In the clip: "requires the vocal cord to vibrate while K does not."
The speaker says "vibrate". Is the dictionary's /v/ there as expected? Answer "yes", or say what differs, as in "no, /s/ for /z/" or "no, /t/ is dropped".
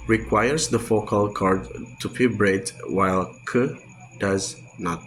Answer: no, /p/ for /v/